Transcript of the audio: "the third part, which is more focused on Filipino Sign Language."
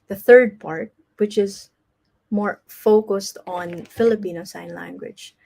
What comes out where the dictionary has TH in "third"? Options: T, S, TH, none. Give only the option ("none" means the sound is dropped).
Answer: TH